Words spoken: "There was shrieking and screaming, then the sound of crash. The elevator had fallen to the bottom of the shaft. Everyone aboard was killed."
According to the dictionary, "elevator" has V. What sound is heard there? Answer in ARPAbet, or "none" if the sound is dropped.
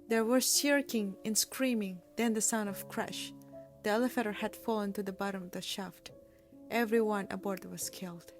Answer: F